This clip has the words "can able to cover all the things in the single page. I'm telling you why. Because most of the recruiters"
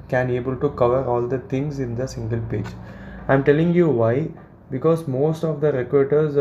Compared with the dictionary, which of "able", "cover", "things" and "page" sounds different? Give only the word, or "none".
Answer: things